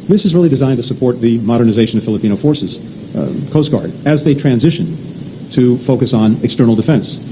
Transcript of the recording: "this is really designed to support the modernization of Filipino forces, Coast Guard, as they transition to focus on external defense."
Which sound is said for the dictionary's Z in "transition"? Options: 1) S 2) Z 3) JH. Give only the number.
2